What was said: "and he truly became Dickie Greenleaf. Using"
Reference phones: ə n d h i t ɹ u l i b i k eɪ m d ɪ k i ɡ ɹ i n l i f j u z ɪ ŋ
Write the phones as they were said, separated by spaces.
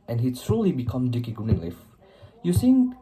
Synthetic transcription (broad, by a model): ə n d h i s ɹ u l i b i k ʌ m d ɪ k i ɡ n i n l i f j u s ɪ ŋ